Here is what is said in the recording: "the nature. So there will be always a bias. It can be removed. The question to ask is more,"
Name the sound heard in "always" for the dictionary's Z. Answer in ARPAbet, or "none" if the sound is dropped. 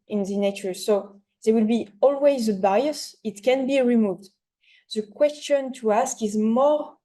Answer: Z